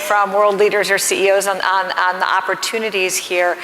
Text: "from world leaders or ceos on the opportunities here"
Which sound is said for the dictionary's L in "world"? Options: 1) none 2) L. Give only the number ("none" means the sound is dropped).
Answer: 2